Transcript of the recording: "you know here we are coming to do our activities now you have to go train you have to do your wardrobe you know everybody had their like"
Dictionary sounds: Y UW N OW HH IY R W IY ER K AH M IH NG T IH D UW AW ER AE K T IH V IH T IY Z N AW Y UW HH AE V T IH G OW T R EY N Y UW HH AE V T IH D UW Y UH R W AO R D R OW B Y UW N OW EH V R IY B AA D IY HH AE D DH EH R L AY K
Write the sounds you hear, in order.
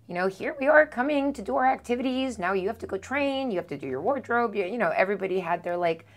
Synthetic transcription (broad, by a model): Y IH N OW HH IY R W IY ER K AH M IH NG T IH D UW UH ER AE K T IH V IH T IY Z N AW Y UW HH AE F T IH G OW T R EY N Y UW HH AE F T IH D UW Y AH R W AO R D R OW B Y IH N OW EH V R IY B AA D IY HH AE D DH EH R L AY K